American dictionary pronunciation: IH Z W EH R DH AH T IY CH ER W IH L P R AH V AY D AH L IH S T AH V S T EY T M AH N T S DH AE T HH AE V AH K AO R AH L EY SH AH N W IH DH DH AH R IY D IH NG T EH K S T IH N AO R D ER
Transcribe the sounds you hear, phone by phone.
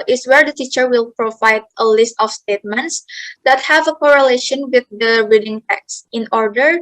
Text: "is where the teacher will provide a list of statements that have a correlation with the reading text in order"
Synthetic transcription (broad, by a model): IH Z W EH R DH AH T IY CH ER W IH L P R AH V AY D AH L IH S T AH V S T EY T M AH N T S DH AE T HH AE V AH K AO R AH L EY SH AH N W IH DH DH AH R IY D IH NG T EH K S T IH N AO R D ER